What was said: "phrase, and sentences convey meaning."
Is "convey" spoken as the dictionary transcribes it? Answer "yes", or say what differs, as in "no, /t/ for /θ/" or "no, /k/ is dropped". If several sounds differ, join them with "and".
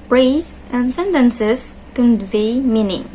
yes